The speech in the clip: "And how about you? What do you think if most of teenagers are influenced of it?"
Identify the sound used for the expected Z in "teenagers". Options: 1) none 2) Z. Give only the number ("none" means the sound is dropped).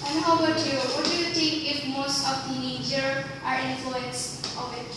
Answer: 1